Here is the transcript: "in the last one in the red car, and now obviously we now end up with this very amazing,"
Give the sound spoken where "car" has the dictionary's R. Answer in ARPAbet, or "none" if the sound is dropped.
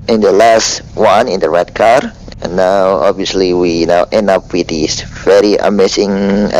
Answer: R